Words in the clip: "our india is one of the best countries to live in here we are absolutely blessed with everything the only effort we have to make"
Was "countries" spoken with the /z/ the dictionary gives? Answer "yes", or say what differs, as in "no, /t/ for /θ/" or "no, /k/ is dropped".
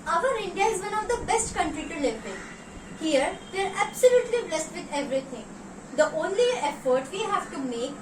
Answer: no, /z/ is dropped